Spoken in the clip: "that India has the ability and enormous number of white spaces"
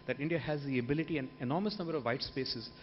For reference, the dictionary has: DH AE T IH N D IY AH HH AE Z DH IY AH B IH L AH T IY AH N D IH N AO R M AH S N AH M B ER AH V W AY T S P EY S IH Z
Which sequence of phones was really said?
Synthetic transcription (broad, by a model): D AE T IH N D IY AH HH AE Z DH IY AH B IH L AH T IY AH N D IH N AO R M AH S N AH M B ER AH V AY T S P EY S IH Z